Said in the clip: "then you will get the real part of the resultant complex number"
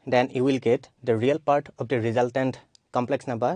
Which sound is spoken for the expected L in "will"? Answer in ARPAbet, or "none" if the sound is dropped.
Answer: L